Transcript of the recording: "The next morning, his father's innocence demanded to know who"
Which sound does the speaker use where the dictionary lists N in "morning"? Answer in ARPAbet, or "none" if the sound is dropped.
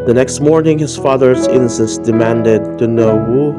N